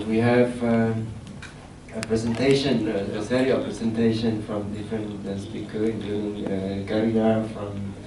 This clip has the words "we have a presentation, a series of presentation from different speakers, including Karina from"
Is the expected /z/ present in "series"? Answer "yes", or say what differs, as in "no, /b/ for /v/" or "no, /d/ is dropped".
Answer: no, /z/ is dropped